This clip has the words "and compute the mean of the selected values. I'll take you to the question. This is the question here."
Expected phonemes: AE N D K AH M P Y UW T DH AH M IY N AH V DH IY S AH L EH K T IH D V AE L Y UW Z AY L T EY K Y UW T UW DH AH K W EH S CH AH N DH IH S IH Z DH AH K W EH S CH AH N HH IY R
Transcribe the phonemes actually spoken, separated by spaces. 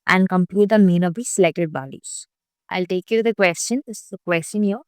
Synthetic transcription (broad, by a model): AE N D K AH M P Y UW T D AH M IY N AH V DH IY S AH L EH K T IH D B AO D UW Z AY L T EY K Y UW T UW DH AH K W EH S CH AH N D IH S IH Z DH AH K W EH S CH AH N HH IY